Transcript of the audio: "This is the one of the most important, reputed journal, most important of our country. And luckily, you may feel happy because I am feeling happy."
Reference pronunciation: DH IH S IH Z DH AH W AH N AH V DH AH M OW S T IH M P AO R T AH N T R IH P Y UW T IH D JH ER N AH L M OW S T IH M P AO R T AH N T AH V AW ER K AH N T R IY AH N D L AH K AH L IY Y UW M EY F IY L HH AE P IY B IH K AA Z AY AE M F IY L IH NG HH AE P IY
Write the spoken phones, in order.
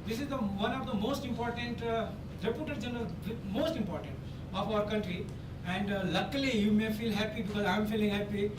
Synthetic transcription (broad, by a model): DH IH S IH Z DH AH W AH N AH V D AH M OW S T IH M P AO R T AH N T R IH P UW T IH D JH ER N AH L M OW S T IH M P AO R T AH N T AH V AW ER K AH N T R IY AH N D L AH K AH L IY Y UW M EY F IY L HH AE P IY B IH K AA Z AY M F IY L IH NG HH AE P IY